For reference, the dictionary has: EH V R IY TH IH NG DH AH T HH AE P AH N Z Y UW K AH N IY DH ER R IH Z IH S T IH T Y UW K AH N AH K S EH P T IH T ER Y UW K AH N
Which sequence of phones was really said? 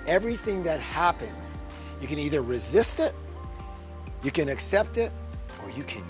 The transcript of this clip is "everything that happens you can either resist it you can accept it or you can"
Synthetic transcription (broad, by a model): EH V R IY TH IH NG DH AH T HH AE P AH N Z Y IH K AH N IY DH ER R IH Z IH S T IH T Y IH K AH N AH K S EH P T IH T ER Y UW K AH N